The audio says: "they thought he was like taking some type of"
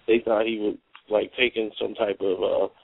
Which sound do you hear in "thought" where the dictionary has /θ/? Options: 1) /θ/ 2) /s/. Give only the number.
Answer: 1